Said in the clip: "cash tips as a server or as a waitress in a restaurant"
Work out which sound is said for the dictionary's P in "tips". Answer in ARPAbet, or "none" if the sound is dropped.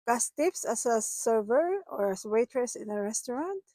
F